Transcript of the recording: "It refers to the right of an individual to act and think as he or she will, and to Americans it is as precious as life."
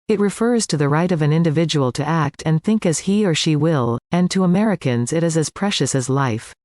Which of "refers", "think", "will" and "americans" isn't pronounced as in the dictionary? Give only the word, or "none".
none